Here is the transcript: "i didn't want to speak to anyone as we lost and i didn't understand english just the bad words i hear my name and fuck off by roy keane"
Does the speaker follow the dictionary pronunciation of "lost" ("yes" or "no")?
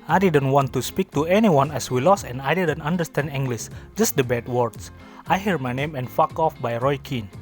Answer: no